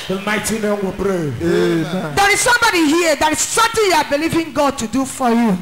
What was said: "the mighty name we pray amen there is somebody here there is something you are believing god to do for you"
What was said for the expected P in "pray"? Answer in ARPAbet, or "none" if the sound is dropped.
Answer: B